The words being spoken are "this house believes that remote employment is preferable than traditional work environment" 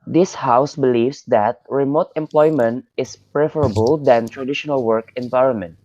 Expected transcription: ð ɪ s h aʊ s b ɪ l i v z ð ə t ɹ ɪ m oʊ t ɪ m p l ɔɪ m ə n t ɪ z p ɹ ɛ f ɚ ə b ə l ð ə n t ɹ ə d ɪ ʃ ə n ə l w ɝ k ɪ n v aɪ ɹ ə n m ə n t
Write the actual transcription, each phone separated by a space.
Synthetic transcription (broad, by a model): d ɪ s h aʊ s b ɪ l i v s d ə t ɹ ɪ m oʊ t ɪ m p l ɔɪ m ə n t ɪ s p ɹ ɛ f ɚ ə b ə l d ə n t ɹ ə d ɪ ʃ ə n ə l w ɝ k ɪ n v aɪ ɹ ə n m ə n t